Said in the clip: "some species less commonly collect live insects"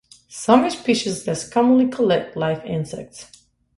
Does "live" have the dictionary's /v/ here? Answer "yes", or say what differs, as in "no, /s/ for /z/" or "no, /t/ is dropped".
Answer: no, /f/ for /v/